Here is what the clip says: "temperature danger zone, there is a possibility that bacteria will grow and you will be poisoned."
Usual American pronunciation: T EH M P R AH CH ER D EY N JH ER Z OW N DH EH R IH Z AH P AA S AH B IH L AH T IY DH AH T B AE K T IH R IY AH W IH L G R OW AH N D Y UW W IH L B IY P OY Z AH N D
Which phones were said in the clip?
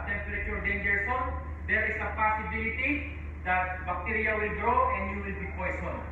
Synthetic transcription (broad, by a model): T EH M P R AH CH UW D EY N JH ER S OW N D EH R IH S AH P AA S AH B IH L AH T IY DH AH T B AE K T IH R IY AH W IH L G R OW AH N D Y UW W IH L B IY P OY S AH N